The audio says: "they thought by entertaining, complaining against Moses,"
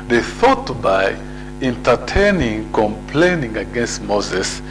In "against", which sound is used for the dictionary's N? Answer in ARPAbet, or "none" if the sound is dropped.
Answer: N